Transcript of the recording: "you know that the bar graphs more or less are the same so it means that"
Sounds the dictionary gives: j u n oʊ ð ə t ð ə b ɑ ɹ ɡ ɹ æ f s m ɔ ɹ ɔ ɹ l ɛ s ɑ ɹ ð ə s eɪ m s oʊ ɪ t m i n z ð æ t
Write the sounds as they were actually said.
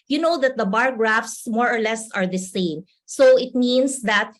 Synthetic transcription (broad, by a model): j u n oʊ ð ə t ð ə b ɑ ɹ ɡ ɹ æ f s m ɔ ɹ ɔ ɹ l ɛ s ɑ ɹ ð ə s eɪ m s oʊ ɪ t m i n s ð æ t